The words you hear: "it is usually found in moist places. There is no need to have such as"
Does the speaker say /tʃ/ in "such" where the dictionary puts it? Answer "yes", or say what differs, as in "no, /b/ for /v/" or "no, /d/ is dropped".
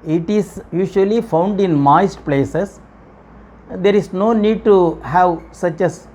yes